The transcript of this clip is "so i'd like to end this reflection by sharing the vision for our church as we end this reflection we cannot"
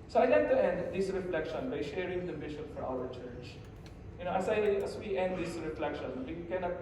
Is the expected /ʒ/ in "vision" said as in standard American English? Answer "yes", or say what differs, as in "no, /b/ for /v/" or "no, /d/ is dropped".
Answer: no, /ʃ/ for /ʒ/